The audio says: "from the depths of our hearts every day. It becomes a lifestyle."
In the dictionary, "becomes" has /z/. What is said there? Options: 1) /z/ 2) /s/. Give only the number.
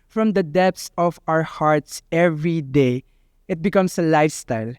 2